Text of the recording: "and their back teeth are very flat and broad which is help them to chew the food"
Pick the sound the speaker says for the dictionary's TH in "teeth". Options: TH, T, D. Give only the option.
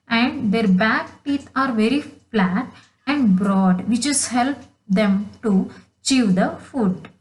T